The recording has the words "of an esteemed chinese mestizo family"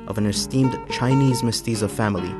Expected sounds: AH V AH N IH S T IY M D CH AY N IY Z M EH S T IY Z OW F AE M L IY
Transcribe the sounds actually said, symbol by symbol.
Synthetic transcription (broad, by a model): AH V AH N IH S T IY M D CH AY N IY Z M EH S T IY Z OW F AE M L IY